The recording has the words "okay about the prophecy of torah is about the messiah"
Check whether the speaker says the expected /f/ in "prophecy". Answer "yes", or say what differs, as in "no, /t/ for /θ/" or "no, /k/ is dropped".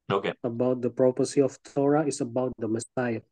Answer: no, /p/ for /f/